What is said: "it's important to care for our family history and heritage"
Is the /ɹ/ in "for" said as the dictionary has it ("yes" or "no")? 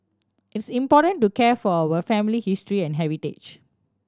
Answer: no